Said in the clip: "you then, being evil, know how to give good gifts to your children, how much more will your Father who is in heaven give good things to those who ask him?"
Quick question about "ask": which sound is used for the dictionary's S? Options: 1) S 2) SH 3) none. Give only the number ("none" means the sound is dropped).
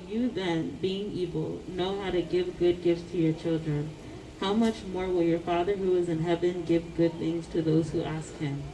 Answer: 1